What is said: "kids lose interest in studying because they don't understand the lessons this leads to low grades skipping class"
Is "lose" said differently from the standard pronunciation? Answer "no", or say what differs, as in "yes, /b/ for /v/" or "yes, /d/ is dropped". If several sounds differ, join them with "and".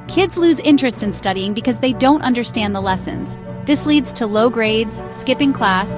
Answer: no